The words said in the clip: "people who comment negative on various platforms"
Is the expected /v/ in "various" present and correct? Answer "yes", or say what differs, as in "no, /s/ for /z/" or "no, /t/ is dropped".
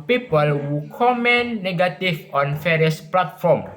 no, /f/ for /v/